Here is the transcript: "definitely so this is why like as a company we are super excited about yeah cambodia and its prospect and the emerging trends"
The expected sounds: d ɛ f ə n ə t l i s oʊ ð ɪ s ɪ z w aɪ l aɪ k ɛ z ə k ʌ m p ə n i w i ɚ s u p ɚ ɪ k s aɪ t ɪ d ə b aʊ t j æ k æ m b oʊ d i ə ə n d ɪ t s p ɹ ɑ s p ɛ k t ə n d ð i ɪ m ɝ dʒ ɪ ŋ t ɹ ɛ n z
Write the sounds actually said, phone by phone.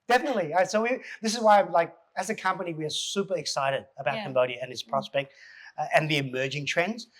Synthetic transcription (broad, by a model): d ɛ f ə n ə t l i s oʊ ð ɪ s ɪ z w aɪ l aɪ k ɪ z ə k ʌ m p ə n i w i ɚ s u p ɚ ɪ k s aɪ t ɪ d ə b aʊ t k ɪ m b oʊ d i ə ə n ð ɪ s p ɹ ɑ s p ɛ k t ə n ð i ɪ m ɝ dʒ ɪ ŋ t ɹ ɛ n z